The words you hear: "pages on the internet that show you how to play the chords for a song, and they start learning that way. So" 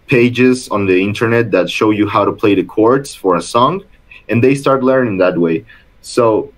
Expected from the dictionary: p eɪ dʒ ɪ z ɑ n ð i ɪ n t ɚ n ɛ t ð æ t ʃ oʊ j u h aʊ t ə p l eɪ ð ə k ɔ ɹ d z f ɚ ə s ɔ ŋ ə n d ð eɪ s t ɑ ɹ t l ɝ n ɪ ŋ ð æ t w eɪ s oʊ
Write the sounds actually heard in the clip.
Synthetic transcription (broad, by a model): p eɪ dʒ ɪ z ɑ n ð i ɪ n t ɚ n ɛ t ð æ t ʃ oʊ j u h aʊ t ə p l eɪ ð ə k ɔ ɹ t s f ɚ ə s ɔ ŋ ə n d ð eɪ s t ɑ ɹ t l ɝ n ɪ ŋ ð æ t w eɪ s oʊ